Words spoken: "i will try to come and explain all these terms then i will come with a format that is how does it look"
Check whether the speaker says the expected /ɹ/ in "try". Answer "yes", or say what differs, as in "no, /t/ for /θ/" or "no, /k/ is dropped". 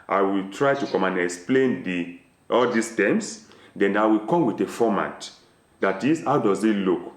yes